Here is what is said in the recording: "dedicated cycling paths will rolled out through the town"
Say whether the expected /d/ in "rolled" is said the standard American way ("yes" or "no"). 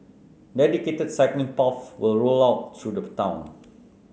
no